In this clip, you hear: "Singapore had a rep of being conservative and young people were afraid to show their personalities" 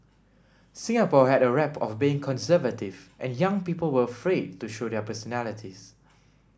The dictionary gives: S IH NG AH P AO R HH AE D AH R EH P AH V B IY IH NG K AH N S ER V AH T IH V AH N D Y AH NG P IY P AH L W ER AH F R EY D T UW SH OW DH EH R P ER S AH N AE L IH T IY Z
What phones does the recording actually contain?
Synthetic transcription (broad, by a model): S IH NG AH P AO HH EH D AH R EH P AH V B IY IH NG K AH N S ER V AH T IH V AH N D Y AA NG P IY P AH L W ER AH F R EY D T UW SH OW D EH P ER S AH N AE L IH T IY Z